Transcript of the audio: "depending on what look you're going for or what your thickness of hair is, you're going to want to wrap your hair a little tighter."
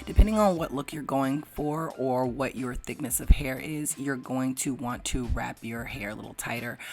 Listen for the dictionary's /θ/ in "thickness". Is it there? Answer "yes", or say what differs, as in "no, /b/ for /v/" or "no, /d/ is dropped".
yes